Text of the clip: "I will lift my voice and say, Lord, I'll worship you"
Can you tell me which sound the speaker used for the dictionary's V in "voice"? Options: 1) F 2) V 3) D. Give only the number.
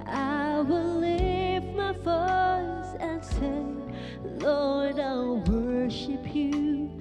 1